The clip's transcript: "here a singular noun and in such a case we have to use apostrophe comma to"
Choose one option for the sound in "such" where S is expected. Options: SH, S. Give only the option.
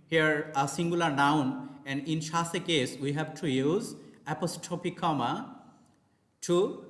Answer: SH